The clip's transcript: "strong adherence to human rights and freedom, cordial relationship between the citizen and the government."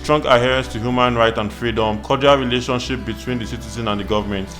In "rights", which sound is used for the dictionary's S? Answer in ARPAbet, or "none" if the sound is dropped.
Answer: none